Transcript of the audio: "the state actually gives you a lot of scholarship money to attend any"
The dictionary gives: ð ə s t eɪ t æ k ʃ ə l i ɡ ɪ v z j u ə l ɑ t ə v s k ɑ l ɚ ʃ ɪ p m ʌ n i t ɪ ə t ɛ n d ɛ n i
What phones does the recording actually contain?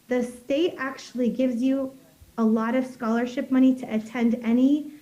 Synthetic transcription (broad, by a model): ð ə s t eɪ t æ k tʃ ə l i ɡ ɪ v z j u ə l ɑ t ə v s k ɑ l ɚ ʃ ɪ p m ʌ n i t ɪ ə t ɛ n d ɛ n i